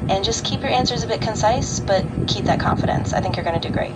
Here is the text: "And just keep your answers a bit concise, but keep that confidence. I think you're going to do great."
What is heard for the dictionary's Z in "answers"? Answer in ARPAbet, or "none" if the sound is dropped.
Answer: Z